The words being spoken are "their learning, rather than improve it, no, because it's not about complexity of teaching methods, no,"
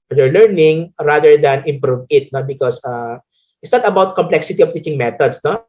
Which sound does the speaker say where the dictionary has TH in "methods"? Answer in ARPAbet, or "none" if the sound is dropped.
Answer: T